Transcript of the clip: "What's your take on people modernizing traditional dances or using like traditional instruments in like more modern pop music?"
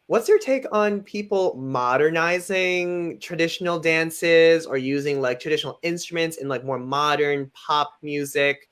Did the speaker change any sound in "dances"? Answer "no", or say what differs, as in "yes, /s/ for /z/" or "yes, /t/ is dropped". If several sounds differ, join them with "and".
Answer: no